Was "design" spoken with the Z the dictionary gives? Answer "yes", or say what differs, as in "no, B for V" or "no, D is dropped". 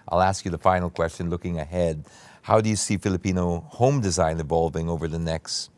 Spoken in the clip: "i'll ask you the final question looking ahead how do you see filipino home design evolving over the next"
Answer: yes